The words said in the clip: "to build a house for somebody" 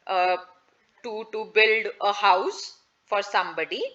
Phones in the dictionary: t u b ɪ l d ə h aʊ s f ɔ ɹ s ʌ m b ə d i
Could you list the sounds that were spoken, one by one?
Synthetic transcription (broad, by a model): t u b ɪ l d ə h aʊ s f ɔ ɹ s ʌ m b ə d i